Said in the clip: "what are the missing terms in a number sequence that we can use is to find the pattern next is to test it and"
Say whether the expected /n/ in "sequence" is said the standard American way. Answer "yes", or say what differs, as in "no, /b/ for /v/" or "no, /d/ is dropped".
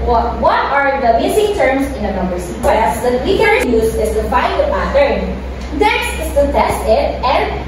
no, /n/ is dropped